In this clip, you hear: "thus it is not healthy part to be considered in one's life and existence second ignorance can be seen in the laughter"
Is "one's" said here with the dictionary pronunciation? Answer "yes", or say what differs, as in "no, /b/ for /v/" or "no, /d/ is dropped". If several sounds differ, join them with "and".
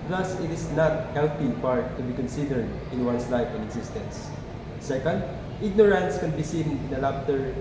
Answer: no, /s/ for /z/